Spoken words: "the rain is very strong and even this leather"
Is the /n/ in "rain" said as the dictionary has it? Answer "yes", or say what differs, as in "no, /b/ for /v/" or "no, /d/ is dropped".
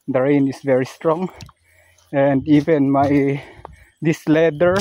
yes